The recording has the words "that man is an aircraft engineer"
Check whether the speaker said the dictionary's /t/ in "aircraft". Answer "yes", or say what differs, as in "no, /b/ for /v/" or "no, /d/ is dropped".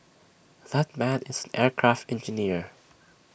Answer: yes